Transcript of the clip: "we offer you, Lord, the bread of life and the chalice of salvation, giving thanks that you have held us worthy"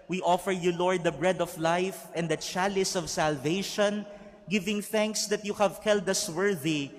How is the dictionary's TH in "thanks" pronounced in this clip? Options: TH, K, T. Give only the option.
TH